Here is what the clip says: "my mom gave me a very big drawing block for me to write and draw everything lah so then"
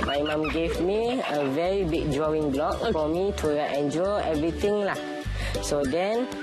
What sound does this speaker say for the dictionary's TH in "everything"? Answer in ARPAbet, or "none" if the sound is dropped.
T